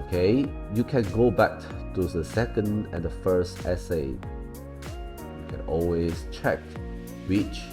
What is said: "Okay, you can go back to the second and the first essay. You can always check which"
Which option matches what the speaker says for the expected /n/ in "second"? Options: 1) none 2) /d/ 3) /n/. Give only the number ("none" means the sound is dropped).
3